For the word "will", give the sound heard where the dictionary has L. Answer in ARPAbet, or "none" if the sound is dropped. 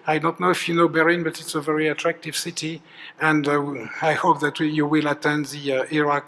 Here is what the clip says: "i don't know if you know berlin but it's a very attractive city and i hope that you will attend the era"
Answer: L